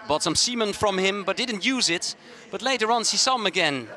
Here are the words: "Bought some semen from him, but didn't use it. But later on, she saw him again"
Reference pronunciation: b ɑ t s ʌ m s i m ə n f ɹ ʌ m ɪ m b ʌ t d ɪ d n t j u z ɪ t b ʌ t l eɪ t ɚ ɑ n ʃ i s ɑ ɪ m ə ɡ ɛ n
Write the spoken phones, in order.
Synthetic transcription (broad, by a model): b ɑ t s ʌ m s i m ə n f ɹ ʌ m ɪ m b ʌ t d ɪ d n t j u z ɪ t b ʌ t l eɪ t ɚ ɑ n s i s ɪ m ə ɡ ɛ n